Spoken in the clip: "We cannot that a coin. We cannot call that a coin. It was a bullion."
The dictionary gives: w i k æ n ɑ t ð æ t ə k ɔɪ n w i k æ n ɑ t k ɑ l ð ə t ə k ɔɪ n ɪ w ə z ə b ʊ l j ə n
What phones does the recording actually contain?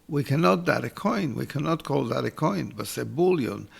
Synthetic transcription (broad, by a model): w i k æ n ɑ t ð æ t ə k ɔɪ n w i k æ n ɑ t k ɑ l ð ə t ə k ɔɪ n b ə s ə b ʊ l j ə n